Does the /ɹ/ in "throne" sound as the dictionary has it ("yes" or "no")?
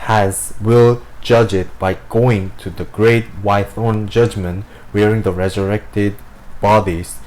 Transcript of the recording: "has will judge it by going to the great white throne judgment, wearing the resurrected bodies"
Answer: no